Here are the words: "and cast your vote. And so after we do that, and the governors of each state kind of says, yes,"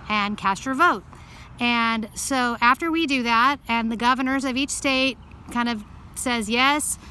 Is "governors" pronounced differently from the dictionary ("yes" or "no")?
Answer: no